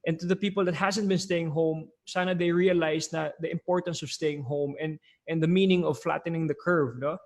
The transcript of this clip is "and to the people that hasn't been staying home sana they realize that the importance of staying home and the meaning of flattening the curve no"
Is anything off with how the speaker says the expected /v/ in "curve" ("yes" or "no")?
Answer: no